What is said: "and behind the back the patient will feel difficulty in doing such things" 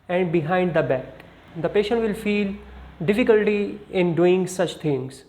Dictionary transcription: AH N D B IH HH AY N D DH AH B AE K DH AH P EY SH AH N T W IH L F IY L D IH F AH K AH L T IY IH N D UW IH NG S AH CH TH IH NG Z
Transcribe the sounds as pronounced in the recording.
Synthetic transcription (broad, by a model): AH N D B IH HH AY N D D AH B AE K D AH P EY SH AH N T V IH L F IY L D IH F AH K AH L T IY IH N D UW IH NG S AH CH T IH NG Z